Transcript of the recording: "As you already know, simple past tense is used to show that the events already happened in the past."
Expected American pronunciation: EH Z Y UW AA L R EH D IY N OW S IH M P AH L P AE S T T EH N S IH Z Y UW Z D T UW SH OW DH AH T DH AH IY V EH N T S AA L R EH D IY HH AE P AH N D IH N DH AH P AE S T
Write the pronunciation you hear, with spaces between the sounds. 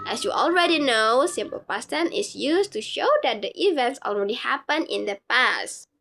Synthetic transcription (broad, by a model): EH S Y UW AA L R EH D IY N OW S IH M P AH L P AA S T T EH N IH S Y UW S T UW SH OW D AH T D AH IY V EH N T S AA L R EH D IY HH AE P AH N IH N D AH P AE S T